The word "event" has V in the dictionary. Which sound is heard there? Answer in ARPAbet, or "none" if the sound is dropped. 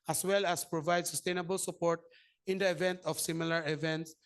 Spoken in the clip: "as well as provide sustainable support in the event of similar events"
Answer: V